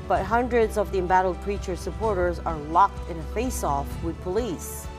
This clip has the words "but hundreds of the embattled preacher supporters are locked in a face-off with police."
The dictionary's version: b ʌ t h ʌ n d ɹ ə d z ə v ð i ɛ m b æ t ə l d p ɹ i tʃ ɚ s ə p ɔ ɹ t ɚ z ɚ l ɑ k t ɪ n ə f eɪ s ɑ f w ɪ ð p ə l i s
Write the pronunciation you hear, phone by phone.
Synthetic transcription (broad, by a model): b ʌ t h ʌ n d ɹ ə d z ə v ð i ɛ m b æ t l d p ɹ i tʃ ɚ s ə p ɔ ɹ t ɚ z ɚ l ɑ k t ɪ n ə f eɪ s ɑ f w ɪ ð p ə l i s